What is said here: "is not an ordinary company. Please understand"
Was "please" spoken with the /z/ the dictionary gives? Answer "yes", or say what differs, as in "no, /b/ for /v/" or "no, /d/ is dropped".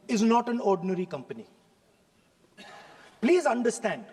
yes